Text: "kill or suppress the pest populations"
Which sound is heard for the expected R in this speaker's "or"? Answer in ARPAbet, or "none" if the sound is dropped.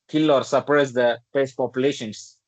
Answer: R